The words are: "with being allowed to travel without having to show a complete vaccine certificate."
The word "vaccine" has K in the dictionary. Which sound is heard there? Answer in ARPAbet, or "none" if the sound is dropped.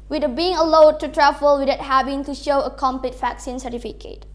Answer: K